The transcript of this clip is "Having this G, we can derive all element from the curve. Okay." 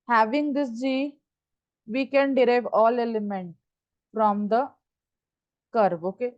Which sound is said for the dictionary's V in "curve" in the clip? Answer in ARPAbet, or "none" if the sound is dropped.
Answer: B